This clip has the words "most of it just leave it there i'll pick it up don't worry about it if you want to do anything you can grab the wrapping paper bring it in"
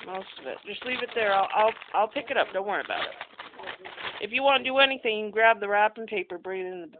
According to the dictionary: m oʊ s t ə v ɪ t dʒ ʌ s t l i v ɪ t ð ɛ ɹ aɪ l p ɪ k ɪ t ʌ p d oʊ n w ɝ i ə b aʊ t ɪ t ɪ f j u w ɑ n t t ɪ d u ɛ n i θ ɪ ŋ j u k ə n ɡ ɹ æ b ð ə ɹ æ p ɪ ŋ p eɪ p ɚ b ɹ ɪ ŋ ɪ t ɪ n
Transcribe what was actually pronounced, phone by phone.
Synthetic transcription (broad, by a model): m oʊ s t ə v ɪ t dʒ ʌ s t l i v ɪ t ð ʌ ɹ aɪ l p ɪ k ɪ t ʌ p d oʊ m w ɝ i ə b aʊ t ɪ t ɪ f j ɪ w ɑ n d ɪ ɛ n i θ ɪ ŋ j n ɡ ɹ æ b ð ə ɹ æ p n p eɪ p ɚ b ɹ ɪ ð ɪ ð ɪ